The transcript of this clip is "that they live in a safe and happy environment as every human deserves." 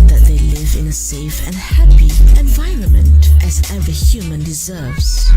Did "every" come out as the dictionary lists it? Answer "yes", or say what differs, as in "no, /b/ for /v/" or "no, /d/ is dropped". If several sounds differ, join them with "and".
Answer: no, /ɹ/ is dropped